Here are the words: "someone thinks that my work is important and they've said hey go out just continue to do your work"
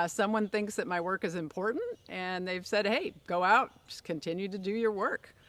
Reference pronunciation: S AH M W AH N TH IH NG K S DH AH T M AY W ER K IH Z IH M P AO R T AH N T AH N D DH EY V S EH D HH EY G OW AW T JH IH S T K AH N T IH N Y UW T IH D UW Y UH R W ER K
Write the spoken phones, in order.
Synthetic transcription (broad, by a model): S AH M W AH N TH IH NG K S DH AH T M AY W ER K IH Z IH M P AO R T N T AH N DH EY V S EH D HH EY G OW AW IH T K AH N T IH N Y UW T IH D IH Y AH R W ER K